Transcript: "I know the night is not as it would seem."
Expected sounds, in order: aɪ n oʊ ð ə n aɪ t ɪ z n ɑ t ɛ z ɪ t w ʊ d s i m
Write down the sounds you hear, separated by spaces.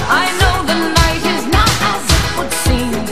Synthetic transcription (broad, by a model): aɪ n oʊ ð ə n aɪ t ɪ z n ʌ t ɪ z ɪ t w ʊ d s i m